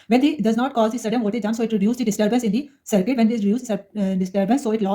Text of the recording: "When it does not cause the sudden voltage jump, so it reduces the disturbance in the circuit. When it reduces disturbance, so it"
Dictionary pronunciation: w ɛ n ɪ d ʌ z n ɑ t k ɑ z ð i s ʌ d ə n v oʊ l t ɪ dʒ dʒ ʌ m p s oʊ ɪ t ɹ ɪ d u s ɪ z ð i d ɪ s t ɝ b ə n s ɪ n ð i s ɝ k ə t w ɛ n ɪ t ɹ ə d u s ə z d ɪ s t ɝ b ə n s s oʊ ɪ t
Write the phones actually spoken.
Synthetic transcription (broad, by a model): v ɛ n ɪ d ʌ z n ɑ t k ɑ z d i s ʌ d ə n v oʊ t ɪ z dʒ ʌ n s oʊ ɪ t ɹ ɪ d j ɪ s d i d ɪ s t ɝ b ə n s ɪ n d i s ɝ k ə t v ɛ n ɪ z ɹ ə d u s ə d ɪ s t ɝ b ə n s s oʊ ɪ t